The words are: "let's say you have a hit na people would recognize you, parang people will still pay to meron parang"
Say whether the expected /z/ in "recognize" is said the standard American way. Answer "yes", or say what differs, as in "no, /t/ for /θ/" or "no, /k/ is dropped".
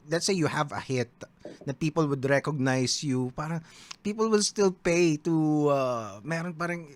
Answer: no, /s/ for /z/